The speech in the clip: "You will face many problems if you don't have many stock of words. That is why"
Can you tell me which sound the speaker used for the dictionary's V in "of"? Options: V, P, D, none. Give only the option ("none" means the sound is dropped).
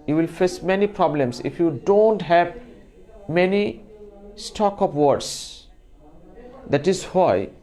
P